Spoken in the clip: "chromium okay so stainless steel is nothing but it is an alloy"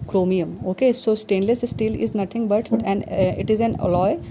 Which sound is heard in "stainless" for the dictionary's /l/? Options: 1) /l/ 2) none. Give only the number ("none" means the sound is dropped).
1